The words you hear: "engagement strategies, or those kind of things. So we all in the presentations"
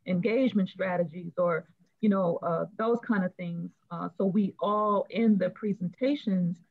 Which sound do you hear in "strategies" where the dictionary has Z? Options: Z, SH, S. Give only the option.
Z